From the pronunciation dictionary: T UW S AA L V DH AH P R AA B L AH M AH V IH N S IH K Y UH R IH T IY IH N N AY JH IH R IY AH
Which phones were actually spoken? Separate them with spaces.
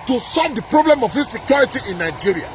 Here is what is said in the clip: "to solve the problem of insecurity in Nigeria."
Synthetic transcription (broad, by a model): T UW S AA L V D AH P R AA B L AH M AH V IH S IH K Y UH R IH T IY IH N N AY JH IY R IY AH